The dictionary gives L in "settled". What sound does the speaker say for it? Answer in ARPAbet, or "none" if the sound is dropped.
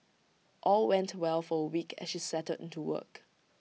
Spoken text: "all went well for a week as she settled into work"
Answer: none